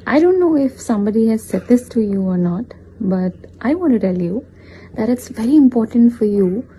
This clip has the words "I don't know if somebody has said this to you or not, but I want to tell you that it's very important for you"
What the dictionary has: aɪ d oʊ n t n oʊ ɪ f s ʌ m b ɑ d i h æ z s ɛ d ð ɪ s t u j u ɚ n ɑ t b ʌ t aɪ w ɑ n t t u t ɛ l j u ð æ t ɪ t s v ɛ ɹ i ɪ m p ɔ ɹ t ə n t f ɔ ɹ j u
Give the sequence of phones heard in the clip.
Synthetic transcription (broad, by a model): aɪ d oʊ n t n oʊ ɪ f s ʌ m b ɑ d i h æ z s ɛ d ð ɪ s t u j u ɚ n ɑ t b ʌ t aɪ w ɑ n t t u t ɛ l j u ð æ t ɪ t s v ɛ ɹ i ɪ m p ɔ ɹ t ə n t f ɔ ɹ j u